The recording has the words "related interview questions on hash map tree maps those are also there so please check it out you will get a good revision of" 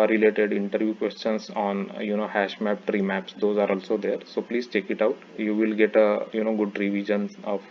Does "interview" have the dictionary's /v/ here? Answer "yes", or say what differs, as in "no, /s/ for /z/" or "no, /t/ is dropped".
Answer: yes